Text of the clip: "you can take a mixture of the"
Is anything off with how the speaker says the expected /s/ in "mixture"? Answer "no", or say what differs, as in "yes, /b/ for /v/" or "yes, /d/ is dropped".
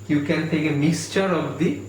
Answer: no